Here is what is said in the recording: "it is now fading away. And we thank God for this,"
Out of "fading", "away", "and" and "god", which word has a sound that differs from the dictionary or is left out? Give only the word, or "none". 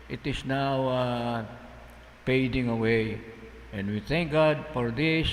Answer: fading